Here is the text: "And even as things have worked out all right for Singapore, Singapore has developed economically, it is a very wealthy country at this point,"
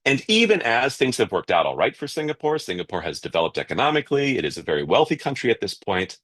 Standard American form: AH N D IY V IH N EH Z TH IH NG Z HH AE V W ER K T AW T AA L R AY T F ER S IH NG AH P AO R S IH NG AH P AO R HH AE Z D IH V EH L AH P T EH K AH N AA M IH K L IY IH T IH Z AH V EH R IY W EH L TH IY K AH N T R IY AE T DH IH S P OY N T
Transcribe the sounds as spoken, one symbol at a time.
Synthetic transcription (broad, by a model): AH N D IY V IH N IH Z TH IH NG Z HH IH V W ER K T AW T AA L R AY T F ER S IH NG AH P AO R S IH NG AH P AO R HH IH Z D IH V EH L AH P T EH K AH N AA M IH K L IY IH T IH Z AH V EH R IY W EH L TH IY K AH N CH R IY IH T DH IH S P OY N T